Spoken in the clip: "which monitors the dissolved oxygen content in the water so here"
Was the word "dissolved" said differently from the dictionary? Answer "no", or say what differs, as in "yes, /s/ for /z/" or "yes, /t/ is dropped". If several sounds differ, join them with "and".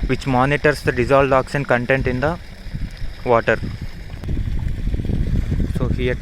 yes, /v/ is dropped